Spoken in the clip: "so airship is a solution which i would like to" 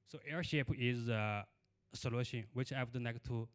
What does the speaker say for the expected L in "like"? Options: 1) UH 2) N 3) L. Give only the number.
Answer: 2